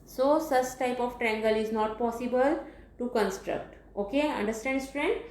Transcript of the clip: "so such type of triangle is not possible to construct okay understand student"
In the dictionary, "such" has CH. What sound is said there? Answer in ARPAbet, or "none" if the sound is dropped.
S